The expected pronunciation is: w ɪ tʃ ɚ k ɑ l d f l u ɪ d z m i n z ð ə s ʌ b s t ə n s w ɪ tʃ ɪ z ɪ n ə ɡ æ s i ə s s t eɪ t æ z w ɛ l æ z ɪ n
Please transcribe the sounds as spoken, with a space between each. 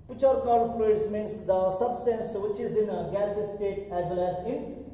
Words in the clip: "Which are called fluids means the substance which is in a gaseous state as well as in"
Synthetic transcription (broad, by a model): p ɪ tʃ ɚ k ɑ d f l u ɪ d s m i n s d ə s ʌ b s t ə n s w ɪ tʃ ɪ z ɪ n ɡ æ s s s t eɪ t æ z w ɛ l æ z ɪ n